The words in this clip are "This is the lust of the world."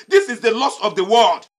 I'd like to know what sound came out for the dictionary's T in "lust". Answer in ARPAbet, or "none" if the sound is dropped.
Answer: none